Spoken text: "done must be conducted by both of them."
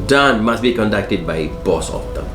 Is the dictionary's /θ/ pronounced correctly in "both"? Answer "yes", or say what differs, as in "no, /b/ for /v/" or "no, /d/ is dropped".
no, /s/ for /θ/